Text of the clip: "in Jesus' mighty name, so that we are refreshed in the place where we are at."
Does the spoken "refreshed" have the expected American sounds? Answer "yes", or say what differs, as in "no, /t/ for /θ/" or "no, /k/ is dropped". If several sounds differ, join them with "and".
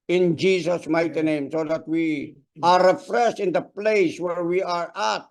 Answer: no, /s/ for /ʃ/